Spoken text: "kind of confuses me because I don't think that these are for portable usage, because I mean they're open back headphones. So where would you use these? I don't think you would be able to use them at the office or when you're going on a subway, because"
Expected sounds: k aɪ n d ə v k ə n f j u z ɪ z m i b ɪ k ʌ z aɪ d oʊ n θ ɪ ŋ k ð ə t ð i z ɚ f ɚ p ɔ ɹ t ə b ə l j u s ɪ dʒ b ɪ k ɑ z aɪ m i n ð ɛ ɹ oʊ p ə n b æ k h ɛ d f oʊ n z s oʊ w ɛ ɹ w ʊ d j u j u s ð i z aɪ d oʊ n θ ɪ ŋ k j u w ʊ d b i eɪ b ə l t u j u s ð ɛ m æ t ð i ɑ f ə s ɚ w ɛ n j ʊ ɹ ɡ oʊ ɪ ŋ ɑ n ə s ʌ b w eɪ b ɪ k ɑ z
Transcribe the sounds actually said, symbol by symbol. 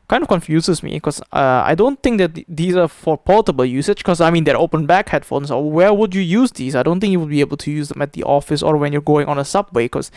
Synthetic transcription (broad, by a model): k aɪ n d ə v k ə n f j u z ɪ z m i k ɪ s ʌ aɪ d oʊ n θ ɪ ŋ k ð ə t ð i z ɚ f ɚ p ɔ l t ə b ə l j u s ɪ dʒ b k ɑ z aɪ m i n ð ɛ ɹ oʊ p ə n b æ k h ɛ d f oʊ n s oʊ w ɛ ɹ w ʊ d j u j u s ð i s aɪ d oʊ n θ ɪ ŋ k j u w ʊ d b i eɪ b ə l t u j u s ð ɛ m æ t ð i ɑ f ə s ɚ w ɛ n j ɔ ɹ ɡ oʊ ɪ ŋ ɑ n ə s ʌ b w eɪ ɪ k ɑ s